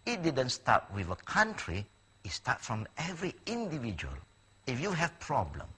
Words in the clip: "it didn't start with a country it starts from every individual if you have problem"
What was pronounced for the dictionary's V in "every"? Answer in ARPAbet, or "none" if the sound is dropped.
V